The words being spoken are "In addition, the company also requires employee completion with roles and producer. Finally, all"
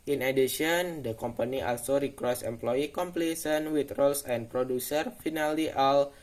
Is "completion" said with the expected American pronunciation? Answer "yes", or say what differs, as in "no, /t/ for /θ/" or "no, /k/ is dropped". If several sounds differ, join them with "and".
no, /s/ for /ʃ/